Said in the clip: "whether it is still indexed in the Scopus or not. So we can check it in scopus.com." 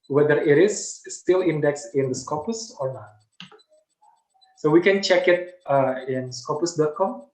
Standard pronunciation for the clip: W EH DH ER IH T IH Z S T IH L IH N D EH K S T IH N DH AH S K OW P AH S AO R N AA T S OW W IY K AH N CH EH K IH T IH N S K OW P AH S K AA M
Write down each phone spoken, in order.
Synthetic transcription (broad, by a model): W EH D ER IH T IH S T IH L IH N D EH K S IH N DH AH S K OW P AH S AO R N AA T S OW W IY K AH N CH EH K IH T IH N S K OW P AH S K AA M